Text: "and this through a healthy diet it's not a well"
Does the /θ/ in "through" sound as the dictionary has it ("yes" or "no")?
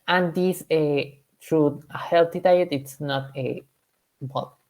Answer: no